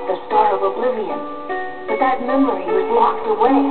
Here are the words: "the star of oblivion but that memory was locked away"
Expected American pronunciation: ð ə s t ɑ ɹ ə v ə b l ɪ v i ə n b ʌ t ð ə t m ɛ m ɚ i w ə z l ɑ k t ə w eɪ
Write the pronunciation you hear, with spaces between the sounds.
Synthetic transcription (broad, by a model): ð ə s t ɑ l ə v ə b l ɪ v i ə n b ʌ t ð ə t m ɛ m ɚ i w ə z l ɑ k t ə w eɪ